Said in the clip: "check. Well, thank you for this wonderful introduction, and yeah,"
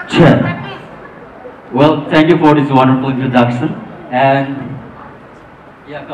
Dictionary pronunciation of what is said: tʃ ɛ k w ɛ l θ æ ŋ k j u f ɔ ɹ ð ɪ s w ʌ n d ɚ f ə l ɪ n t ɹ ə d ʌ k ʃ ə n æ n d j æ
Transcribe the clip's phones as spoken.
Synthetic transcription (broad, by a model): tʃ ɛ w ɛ l t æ ŋ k j u f ɔ ɹ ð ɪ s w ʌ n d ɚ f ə l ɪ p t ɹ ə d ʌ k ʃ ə n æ n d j